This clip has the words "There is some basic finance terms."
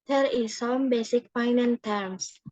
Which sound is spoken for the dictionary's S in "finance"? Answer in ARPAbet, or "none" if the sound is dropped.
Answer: none